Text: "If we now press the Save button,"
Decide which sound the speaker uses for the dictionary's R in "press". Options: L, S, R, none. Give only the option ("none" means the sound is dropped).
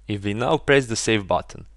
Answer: R